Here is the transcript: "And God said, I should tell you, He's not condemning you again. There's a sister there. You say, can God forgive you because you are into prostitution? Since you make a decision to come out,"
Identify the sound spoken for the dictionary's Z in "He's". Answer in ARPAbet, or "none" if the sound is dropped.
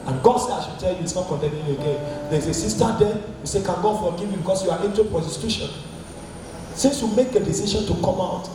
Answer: S